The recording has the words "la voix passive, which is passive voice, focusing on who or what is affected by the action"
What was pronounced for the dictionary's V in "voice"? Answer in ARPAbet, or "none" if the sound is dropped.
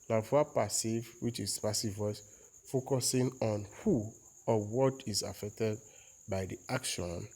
W